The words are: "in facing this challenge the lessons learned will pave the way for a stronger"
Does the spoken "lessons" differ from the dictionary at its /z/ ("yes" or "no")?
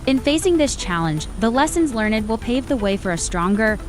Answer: no